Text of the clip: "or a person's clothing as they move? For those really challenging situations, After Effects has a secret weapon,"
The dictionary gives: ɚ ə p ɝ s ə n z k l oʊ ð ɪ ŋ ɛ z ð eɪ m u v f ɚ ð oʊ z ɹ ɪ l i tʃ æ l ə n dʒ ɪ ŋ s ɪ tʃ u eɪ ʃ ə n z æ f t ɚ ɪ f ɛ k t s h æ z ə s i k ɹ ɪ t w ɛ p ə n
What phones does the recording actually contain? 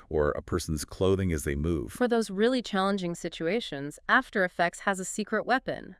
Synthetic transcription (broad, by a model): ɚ ə p ɝ s n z k l oʊ ð ɪ ŋ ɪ z ð eɪ m u v f ɚ ð oʊ z ɹ ɪ l i tʃ æ l ə n dʒ ɪ ŋ s ɪ tʃ u eɪ ʃ ə n z æ f t ɚ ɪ f ɛ k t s h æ z ə s i k ɹ ɪ t w ɛ p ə n